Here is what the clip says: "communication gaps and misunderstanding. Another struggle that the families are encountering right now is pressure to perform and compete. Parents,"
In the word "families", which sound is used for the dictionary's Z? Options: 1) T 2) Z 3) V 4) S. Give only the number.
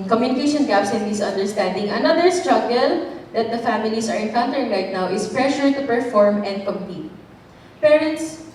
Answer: 4